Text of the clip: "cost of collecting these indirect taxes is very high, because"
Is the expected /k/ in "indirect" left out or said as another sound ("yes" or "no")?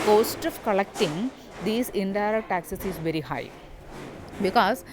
yes